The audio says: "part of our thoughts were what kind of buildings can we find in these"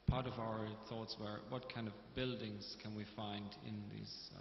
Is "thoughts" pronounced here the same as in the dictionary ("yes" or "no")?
yes